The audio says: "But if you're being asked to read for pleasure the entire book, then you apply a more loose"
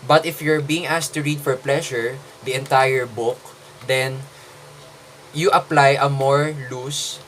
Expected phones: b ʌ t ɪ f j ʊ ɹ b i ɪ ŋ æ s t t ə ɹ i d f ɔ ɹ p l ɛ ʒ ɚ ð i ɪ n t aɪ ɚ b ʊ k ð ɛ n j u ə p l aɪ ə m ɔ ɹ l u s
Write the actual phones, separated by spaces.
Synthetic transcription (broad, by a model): b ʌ t ɪ f j ʊ ɹ b i ɪ ŋ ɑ s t t ə ɹ i d f ɔ ɹ p l ɛ ʃ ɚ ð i ɪ n t aɪ ɚ b ʊ k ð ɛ n j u ə p l aɪ ə m ɔ ɹ l u s